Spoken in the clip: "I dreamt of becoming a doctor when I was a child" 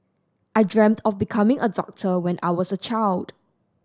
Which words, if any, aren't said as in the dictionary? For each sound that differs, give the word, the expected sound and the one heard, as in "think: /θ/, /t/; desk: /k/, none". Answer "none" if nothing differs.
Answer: was: /z/, /s/